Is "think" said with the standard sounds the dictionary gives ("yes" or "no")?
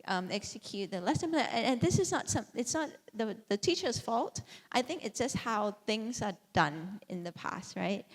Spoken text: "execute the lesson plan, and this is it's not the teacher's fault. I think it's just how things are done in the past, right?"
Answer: yes